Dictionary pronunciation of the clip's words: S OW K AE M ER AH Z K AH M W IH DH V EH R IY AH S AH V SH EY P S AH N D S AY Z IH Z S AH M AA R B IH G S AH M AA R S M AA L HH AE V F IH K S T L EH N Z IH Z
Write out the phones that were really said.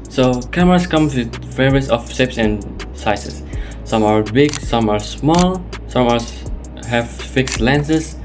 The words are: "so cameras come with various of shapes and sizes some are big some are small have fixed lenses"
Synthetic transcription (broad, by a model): S OW K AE M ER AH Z K AH M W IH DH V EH R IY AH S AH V S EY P S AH N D S AY S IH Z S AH M AA R B IH G S AH M AA R S M AA L HH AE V F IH K S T L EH N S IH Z